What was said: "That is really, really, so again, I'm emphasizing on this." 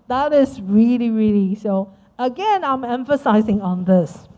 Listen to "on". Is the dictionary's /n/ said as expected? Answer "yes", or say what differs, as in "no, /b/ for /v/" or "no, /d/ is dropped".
yes